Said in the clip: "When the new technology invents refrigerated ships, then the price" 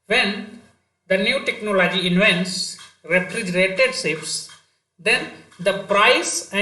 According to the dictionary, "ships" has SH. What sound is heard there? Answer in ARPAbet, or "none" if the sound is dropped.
S